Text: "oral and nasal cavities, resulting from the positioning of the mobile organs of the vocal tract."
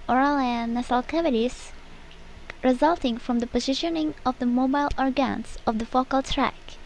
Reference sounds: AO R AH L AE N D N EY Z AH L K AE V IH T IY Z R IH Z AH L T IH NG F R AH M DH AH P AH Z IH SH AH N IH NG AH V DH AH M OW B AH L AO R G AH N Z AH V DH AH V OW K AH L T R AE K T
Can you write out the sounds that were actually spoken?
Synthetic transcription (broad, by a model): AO R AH L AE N N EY S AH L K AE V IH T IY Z R IH Z AH L T IH NG F R AH M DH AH P AH Z IH SH AH N IH NG AH V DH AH M OW B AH L AO R G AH N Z AH V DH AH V OW K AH L T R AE K